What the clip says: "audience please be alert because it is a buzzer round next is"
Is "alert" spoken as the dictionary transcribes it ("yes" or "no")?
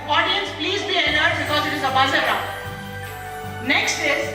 no